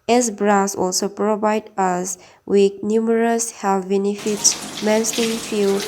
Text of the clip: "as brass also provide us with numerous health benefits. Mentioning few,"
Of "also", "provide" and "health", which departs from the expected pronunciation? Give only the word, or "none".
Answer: health